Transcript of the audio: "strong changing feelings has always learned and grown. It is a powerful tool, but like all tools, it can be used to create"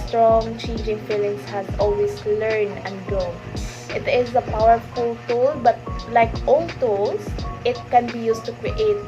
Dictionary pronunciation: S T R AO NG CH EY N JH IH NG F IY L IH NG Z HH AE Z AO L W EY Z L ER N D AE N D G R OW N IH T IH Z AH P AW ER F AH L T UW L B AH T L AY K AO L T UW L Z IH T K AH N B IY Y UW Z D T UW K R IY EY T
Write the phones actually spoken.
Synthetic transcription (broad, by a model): S T R AO NG CH EY N JH IH NG F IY L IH NG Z HH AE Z AO L W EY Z L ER N AE N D G OW IH T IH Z AH P AW ER F AH L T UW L B AH T L AY K AO L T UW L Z IH T K AH N B IY Y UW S T UW K R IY EY T